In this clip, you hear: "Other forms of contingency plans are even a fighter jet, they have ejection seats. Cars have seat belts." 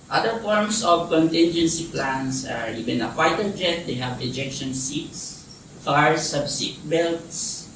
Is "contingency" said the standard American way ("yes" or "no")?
yes